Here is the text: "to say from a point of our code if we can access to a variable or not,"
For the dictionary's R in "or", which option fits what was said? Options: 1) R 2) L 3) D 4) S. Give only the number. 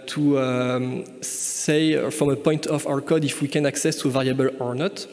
1